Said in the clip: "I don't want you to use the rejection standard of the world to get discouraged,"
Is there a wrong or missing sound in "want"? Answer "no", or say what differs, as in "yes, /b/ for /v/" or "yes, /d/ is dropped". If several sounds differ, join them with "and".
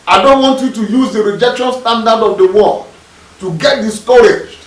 no